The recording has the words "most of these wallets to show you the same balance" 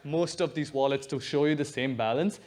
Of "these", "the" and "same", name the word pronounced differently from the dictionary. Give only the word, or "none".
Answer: none